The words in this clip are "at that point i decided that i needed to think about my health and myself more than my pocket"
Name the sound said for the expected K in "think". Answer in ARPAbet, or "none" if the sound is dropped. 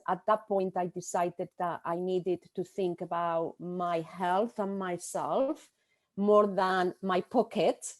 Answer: K